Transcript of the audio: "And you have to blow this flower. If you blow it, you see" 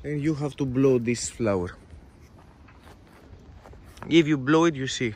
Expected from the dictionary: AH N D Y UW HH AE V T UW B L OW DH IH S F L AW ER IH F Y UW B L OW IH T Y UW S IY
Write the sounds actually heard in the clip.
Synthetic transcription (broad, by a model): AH N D Y UW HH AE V T UW B L OW DH IH S F L AW ER IH F Y UW B L OW IH T Y UW S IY